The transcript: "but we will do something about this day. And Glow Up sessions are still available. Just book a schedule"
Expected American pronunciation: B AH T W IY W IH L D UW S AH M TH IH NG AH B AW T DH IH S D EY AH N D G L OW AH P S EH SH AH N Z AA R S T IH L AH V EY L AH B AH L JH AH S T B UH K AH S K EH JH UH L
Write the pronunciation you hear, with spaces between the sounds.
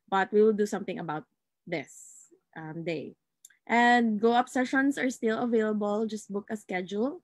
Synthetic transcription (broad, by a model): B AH T W IY W IH L D UW S AH M TH IH NG AH B AW T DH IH S D EY AH N D G OW AH P S EH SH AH N S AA R S T IH L AH V EY L AH B AH L JH AH S T B UH K AH S K EH JH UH L